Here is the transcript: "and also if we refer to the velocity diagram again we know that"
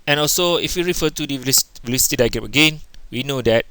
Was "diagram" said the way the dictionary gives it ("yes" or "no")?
no